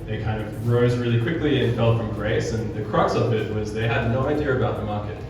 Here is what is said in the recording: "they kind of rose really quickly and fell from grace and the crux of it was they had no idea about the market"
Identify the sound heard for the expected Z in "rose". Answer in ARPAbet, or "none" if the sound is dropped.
Z